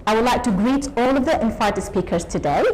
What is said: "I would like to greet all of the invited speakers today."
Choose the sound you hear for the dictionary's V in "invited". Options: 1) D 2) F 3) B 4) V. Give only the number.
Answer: 2